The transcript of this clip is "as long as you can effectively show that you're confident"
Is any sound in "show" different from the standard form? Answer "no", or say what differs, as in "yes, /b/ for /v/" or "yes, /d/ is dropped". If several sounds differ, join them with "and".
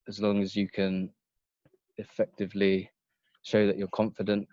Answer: no